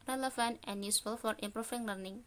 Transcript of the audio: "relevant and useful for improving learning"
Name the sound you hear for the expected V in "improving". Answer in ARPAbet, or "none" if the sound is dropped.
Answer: F